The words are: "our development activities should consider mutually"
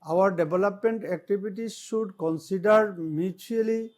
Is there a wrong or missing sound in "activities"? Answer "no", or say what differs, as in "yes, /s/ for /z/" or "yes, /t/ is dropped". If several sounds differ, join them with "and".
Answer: yes, /b/ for /v/